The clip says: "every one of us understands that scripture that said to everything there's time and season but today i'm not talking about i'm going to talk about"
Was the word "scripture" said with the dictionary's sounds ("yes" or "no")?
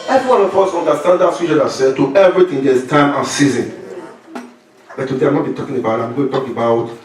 no